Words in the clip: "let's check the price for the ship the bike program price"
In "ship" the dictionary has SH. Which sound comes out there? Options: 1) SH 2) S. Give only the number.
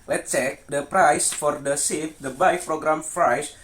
2